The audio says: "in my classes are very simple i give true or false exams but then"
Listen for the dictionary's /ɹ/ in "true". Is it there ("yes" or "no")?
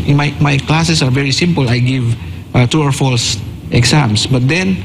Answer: no